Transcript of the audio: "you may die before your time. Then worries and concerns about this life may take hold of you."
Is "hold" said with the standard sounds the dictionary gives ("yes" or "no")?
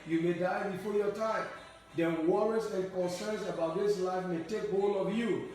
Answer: no